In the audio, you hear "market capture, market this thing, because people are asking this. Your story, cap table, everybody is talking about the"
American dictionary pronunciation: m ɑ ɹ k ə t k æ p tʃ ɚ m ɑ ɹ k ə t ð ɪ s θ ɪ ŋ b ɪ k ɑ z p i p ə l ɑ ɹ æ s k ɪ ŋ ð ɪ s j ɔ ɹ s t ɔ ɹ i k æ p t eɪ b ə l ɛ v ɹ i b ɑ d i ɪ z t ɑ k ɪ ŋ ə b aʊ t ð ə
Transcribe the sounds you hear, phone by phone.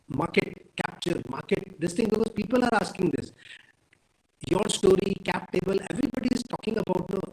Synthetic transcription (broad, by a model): m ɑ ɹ k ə t k æ p tʃ ɚ m ɑ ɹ k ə t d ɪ s t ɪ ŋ b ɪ k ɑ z p i p ə l ɑ ɹ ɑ s k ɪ ŋ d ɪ s j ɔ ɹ s t ɔ ɹ i k æ p t eɪ b ə l ɛ v ɹ i b ɑ d i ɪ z t ɑ k ɪ ŋ ə b aʊ t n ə